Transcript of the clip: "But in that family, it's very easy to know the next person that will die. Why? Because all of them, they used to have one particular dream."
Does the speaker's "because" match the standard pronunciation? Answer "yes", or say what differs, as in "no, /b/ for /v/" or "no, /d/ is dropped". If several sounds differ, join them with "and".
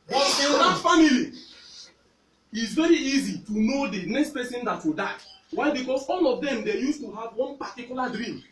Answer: no, /s/ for /z/